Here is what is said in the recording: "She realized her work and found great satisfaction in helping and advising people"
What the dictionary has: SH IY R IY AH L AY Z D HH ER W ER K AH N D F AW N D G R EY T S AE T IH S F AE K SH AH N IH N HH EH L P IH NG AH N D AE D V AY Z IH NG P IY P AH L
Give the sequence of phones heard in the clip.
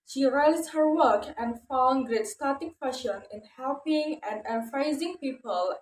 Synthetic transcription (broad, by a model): SH IY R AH IH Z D HH ER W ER K AH N D F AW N G R EY T S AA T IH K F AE SH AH N IH N HH EH L P IH NG AH N D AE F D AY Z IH NG P IY P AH L